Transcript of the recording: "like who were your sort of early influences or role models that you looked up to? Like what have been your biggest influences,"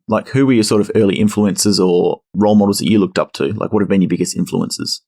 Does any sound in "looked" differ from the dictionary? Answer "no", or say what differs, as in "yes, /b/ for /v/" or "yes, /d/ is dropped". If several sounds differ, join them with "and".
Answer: no